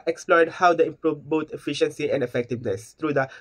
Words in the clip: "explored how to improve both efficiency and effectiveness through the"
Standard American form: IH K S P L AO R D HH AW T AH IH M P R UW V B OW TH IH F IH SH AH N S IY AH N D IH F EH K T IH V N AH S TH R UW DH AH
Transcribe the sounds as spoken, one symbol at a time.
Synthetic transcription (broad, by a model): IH K S P L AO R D HH AW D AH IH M P R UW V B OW T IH F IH SH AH N S IY AH N D IH F EH K T IH V N AH S T R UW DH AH